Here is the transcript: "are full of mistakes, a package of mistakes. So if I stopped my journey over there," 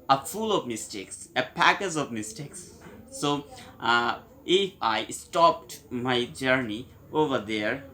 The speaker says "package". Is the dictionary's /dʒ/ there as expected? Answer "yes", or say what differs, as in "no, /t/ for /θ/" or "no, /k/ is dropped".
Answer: no, /z/ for /dʒ/